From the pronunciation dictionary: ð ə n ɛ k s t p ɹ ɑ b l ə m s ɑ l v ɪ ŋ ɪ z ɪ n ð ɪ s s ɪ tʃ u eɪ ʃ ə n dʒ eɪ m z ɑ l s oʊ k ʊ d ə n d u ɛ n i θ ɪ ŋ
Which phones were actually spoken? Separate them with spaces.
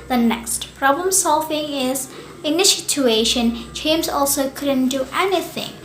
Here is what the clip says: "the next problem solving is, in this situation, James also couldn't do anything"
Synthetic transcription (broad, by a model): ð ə n ɛ k s t p ɹ ɑ b l ə m s ɑ l v ɪ ŋ ɪ z ɪ n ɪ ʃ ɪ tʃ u eɪ ʃ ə n tʃ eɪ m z ɑ l s oʊ k ʊ d ə n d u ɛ n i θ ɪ ŋ